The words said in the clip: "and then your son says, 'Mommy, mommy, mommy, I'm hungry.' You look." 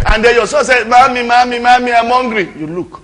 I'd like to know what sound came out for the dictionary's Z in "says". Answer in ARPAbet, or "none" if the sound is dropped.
none